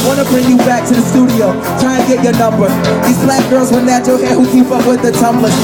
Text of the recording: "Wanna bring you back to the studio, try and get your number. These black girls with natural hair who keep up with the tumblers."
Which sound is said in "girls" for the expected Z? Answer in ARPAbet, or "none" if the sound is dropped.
Z